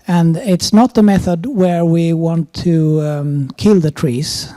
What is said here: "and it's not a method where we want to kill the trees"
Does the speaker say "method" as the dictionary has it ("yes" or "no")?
yes